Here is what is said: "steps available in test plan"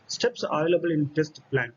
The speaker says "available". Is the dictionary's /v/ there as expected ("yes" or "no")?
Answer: no